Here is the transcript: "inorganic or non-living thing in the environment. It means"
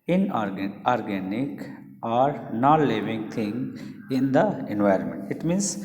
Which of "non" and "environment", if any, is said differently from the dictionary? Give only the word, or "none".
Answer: none